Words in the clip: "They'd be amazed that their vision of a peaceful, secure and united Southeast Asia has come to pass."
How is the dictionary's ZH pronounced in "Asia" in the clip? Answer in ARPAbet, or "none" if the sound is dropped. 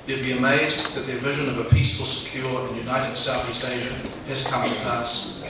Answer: ZH